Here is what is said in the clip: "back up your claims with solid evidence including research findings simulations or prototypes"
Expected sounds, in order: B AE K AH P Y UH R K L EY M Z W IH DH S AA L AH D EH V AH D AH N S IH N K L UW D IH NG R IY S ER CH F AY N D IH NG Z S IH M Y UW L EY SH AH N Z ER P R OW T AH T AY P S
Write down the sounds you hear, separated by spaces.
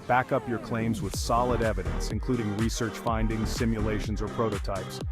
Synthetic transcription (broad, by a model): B AE K AH P Y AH R K L EY M Z W IH DH S AA L AH D EH V AH D AH N S IH N K L UW D IH NG R IY S ER CH F AY N D IH NG Z S IH M Y UW L EY SH AH N Z ER P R OW T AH T AY P S